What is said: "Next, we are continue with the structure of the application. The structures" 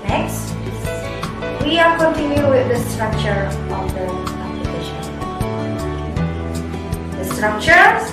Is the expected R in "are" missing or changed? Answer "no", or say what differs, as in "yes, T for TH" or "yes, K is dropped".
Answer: yes, L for R